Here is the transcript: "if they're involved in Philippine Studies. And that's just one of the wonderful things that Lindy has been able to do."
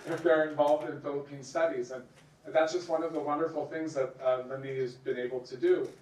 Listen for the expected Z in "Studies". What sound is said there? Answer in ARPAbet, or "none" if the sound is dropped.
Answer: Z